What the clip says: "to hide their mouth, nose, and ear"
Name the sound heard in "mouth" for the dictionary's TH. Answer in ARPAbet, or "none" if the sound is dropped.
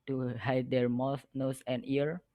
S